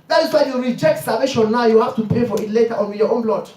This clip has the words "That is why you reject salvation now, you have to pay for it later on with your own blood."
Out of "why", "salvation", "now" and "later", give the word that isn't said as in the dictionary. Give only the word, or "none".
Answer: salvation